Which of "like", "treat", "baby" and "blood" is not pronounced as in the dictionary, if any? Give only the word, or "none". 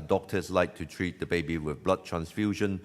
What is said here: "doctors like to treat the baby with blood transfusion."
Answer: none